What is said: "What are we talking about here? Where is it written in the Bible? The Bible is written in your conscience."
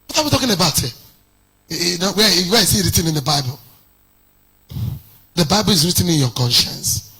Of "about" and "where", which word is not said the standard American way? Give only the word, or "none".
where